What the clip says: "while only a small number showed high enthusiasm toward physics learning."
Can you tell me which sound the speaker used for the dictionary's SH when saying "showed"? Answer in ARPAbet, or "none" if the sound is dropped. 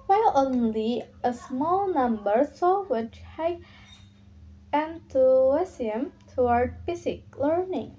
S